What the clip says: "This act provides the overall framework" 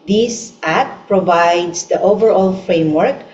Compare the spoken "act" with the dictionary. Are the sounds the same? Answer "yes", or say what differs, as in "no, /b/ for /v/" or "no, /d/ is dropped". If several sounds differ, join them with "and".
no, /k/ is dropped